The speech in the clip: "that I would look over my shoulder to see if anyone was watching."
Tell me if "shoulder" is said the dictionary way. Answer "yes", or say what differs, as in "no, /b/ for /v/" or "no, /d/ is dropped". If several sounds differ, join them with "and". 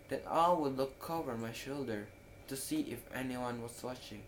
yes